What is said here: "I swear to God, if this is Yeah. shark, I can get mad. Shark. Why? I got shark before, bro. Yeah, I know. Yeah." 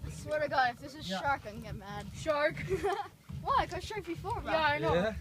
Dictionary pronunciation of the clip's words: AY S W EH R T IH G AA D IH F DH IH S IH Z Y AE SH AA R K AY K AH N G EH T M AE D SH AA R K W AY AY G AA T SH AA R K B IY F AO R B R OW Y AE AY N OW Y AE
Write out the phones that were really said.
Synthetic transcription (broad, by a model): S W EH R T IH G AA IH F DH IH S IH Z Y SH AA R K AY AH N G EH T M AE D SH AA R K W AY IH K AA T SH AA R K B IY F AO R R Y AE AY N OW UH